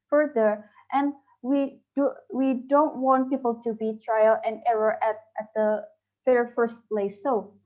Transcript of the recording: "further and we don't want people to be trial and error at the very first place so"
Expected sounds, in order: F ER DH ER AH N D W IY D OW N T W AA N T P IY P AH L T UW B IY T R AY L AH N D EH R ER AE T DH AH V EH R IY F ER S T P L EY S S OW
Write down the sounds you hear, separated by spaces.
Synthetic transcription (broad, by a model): F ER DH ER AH N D W IY D OW N T W AA N T P IY P AH L T UW B IY T R AY L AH N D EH R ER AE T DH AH F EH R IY F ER S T P L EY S S OW